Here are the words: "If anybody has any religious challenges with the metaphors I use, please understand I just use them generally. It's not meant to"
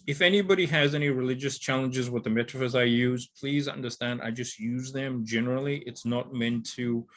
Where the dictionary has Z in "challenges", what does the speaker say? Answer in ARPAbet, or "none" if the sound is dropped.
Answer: Z